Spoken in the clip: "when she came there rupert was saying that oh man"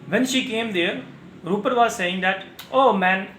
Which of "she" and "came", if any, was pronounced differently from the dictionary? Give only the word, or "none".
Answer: none